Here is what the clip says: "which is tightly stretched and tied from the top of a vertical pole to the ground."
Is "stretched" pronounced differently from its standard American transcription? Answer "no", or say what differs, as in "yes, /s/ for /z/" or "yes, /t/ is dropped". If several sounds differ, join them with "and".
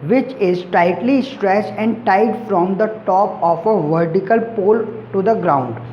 yes, /s/ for /tʃ/